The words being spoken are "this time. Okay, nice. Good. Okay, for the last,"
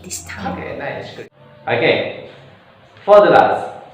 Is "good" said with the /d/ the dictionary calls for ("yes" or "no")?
no